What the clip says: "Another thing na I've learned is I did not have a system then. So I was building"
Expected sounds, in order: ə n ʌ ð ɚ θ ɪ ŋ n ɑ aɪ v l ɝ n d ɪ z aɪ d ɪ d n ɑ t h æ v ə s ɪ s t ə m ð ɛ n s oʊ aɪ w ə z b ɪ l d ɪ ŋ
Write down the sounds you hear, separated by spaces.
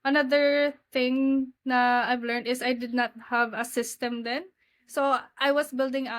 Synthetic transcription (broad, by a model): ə n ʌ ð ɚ θ ɪ ŋ n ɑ aɪ v l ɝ n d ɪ s aɪ d ɪ d n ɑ t h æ v ə s ɪ s t ə m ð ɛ n s oʊ aɪ w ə s b ɪ l d ɪ ŋ